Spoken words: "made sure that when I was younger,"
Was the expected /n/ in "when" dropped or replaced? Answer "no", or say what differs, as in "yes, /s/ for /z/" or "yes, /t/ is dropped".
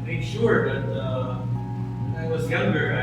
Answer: yes, /n/ is dropped